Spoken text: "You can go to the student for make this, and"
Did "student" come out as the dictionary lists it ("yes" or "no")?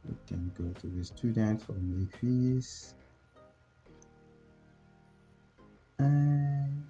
yes